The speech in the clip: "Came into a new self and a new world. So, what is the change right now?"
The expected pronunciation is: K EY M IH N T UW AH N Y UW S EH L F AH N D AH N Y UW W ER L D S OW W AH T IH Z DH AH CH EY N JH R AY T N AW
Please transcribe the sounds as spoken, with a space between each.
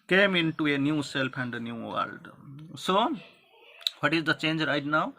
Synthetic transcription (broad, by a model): K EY M IH N T UW AH N Y UW S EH L P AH N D AH N Y UW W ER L D S OW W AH T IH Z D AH CH EY N JH R AY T N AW